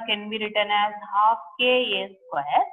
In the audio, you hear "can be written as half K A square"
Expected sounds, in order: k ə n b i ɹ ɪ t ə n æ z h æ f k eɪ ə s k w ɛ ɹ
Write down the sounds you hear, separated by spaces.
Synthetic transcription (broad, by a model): k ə n b i ɹ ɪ t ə n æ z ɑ p k eɪ ə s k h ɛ